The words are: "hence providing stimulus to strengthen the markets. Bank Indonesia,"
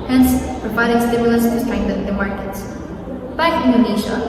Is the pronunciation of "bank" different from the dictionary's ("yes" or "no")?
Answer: yes